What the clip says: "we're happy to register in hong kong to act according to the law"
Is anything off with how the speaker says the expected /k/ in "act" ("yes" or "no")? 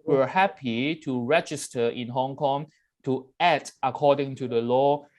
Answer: yes